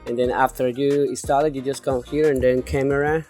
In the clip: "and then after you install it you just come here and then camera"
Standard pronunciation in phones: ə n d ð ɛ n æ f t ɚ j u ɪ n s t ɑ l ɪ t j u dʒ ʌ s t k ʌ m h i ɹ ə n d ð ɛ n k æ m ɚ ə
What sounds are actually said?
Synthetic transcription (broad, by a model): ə n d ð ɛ n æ f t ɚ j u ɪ s t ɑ l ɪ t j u dʒ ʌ s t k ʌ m h i ɹ ə n d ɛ n k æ m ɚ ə